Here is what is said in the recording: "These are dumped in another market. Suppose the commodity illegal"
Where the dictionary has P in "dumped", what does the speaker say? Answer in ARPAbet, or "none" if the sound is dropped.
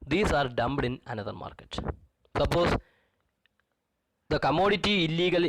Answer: B